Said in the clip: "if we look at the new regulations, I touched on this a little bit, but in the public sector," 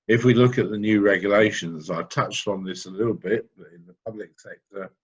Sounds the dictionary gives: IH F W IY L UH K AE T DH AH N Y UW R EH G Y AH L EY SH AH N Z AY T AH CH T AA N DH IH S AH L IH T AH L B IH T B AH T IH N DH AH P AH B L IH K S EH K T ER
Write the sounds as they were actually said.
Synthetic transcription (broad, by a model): IH F W IY L UH K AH T DH AH N Y UW R EH G Y AH L EY SH AH N Z AY T AH CH T N DH IH S AH L IH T L B IH T B AH T IH N DH AH P AH B L IH K S EH K T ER